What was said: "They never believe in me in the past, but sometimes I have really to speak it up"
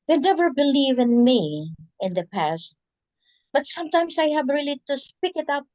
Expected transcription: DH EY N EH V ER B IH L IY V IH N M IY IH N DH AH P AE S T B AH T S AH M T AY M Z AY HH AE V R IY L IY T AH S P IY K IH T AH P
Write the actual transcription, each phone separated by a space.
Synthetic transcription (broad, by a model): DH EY N EH V ER B IH L IY V IH N M IY IH N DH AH P AE S T B AH T S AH M T AY M S AY HH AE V R IY L IY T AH S P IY K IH T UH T